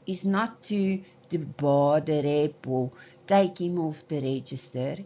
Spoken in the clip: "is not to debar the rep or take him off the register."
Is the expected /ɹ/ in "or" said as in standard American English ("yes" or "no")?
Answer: no